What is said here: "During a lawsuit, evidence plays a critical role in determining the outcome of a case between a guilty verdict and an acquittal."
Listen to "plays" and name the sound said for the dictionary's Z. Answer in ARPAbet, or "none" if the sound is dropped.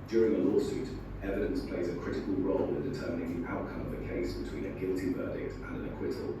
Z